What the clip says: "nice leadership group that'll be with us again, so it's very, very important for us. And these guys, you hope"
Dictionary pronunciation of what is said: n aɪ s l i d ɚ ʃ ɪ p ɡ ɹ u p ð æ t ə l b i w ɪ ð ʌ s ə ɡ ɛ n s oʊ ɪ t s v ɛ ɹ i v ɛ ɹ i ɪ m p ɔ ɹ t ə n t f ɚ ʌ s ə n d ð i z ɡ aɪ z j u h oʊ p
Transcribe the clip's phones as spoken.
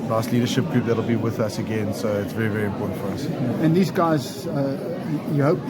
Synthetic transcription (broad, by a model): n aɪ s l i d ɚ ʃ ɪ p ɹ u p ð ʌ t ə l b i w ɪ ð ʌ s ə ɡ ɛ n s oʊ ɪ t s v ɛ ɹ i v ɛ ɹ i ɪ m p ɔ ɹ t n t f ɚ ʌ s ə n ð i z ɡ aɪ z j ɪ h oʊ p